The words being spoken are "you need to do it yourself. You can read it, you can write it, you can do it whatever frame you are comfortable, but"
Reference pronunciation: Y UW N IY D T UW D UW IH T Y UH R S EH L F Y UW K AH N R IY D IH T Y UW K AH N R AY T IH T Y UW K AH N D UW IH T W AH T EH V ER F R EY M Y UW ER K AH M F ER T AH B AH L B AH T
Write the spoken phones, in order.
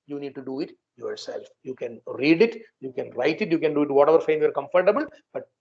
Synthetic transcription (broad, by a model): Y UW N IY D T UW D UW IH T Y UH R S EH L F Y UW K AH N R IY D IH T Y UW K AH N R AY T IH T Y UW K AH N D UW IH T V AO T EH V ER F EY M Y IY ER K AH M F ER T AH B AH L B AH T